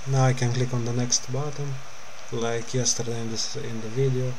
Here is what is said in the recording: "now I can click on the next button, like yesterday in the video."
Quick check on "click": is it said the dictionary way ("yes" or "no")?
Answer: yes